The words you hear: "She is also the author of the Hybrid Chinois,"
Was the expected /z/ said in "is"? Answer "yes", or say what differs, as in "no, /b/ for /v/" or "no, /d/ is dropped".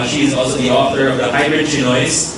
yes